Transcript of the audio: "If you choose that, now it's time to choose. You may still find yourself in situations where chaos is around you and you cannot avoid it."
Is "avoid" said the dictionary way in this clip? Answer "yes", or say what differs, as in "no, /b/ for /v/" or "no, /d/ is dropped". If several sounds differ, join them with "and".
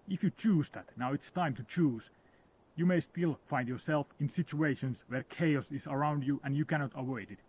no, /w/ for /v/